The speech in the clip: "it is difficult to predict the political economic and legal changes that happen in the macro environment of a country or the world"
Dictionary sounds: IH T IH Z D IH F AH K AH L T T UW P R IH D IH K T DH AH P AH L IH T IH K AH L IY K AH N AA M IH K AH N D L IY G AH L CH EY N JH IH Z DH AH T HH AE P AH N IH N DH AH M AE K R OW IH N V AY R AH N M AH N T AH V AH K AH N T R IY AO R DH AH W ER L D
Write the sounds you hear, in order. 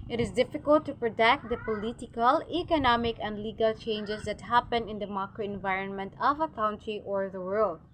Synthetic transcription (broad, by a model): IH T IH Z D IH F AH K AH L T T UW P R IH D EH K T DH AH P AH L IH T IH K AH L IY K AH N AA M IH K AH N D L IY G AH L CH EY N JH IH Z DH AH T HH AE P AH N IH N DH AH M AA K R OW IH N V AY R AH N M AH N T AH V AH K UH N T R IY AO R DH AH W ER L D